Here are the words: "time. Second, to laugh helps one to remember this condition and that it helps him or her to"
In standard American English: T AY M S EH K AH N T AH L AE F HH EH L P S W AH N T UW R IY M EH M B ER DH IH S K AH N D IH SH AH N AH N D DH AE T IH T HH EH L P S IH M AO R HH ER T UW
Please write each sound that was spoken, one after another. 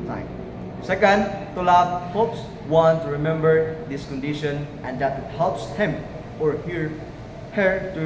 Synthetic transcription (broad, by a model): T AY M S EH K AH N T AH L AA P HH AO P S W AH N T UW R IY M EH M B ER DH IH S K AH N D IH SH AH N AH N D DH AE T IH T HH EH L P S IH M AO R HH ER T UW